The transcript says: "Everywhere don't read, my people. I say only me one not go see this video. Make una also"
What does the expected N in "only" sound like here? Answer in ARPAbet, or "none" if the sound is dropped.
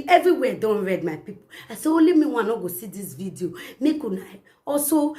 none